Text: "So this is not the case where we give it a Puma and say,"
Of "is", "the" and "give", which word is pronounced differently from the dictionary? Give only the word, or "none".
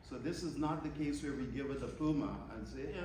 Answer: none